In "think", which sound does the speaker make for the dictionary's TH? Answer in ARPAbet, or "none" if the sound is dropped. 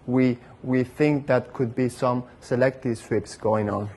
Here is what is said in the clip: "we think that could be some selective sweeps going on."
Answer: TH